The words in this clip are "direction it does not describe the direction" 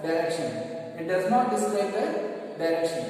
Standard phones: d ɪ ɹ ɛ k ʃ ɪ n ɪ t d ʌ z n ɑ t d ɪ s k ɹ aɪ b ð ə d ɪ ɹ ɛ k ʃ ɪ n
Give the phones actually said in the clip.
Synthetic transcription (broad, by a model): d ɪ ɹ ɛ k ʃ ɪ n ɪ t d ʌ z n ɑ t d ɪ s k l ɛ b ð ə d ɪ ɹ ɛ k ʃ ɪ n